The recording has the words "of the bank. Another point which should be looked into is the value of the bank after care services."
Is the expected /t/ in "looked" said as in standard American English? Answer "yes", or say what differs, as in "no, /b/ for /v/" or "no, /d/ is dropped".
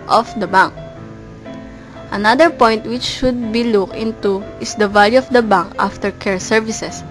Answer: no, /t/ is dropped